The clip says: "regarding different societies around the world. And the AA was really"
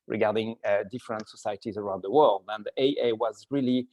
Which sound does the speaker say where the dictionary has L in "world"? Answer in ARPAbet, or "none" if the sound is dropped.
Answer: L